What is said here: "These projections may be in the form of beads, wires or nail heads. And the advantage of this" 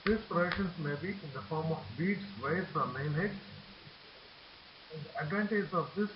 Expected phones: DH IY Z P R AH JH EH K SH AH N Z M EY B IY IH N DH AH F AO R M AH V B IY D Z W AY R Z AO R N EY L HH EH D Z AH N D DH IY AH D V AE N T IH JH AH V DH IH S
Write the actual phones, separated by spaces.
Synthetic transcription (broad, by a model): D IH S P R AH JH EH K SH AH N S M EY B IY IH N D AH F AO R M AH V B IY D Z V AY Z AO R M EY N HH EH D AH N D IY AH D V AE N T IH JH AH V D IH S